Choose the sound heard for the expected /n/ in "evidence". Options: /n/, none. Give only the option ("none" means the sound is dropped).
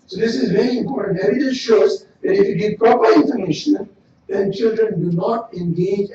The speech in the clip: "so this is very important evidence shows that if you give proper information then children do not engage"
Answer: none